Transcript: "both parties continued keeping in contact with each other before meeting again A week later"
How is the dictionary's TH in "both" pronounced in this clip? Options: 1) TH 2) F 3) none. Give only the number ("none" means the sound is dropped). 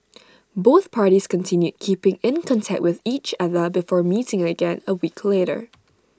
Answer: 1